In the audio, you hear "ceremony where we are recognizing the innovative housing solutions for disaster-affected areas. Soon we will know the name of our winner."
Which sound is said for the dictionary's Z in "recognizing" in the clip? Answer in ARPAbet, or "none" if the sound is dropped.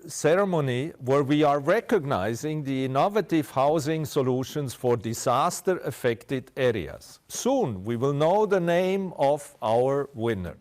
Z